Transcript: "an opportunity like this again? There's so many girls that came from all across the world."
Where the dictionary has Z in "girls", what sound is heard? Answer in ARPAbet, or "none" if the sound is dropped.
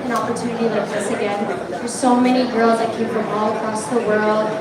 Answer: Z